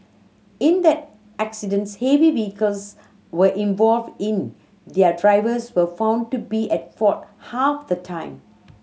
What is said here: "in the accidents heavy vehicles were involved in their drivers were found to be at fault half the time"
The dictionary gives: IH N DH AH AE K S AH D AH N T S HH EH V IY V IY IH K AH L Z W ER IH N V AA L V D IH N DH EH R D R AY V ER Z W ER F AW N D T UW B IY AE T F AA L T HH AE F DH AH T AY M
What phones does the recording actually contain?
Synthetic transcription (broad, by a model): IH N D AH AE K S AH D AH N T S HH EH V IY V IY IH K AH L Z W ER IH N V AA L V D IH N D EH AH D R AY V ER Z W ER F AW N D T UW B IY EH T F AA T HH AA F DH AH T AY M